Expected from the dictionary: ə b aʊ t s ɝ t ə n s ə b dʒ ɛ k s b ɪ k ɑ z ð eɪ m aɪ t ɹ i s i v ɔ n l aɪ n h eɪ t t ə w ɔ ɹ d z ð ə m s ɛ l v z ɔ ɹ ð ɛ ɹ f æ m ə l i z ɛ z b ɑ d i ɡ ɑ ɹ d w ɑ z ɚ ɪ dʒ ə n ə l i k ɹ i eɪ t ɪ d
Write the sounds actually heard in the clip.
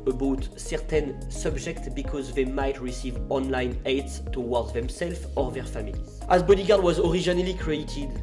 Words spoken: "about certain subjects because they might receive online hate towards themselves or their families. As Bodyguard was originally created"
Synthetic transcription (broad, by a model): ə b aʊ t s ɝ t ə n s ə b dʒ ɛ k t b ɪ k ɑ z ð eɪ m aɪ t ɹ i s i v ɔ n l aɪ n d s t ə w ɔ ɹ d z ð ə m s ɛ l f ɔ ɹ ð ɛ ɹ f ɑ m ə l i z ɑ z b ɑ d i ɡ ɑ ɹ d w ɑ z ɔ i ʒ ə n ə l i k ɹ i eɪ t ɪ d